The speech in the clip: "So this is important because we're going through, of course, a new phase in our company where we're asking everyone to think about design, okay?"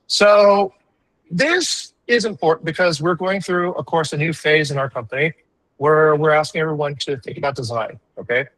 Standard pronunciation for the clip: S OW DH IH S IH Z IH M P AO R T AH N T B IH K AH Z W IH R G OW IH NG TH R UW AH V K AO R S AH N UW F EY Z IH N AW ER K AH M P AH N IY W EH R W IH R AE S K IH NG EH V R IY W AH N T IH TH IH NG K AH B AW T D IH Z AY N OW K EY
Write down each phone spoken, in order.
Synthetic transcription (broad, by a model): S OW DH IH S IH Z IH M P AO R T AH N B IH K AH Z W IH R G OW IH NG TH R UW AH V K AO R S AH N UW F EY Z IH N AW ER K AH M P AH N IY W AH R W IH R AE S K IH NG EH V R IY W AH N T IH TH IH NG K AH B AW T D IH Z AY N OW K EY